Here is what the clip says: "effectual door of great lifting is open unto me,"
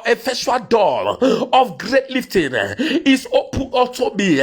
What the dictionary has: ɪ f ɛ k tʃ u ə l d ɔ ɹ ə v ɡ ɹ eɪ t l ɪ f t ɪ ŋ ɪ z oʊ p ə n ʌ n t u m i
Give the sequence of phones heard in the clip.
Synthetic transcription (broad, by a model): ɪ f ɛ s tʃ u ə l d ɔ l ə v ɡ ɹ eɪ t l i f t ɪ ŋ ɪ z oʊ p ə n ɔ l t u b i